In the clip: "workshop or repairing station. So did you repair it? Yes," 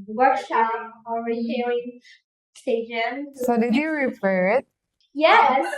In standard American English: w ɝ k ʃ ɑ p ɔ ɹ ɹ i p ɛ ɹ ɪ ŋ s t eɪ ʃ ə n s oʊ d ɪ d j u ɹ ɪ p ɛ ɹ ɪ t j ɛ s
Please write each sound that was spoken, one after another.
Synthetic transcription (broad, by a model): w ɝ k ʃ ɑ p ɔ l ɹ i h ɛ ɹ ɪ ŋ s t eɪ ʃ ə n s oʊ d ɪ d j u ɹ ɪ f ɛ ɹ ɪ t j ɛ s